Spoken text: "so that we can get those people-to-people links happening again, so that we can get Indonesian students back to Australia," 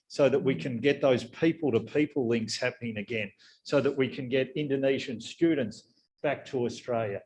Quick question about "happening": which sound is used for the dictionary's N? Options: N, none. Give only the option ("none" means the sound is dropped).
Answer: N